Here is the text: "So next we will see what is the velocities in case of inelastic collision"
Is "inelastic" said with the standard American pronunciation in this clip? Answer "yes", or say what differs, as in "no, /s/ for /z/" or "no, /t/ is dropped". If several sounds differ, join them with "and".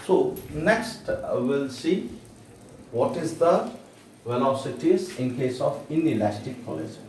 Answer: yes